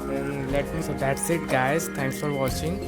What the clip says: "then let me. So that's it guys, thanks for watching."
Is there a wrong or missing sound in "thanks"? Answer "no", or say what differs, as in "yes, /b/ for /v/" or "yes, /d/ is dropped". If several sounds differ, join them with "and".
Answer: yes, /t/ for /θ/